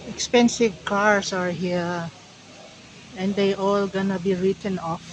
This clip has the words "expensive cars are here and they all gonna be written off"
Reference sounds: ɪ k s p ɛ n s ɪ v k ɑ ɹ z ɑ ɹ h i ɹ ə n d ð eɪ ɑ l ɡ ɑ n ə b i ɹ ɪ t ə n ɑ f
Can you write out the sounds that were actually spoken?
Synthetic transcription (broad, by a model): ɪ k s p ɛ n s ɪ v k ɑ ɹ s ɑ ɹ h i ɹ ə n d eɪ ɑ l ɡ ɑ n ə b i ɹ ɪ t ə n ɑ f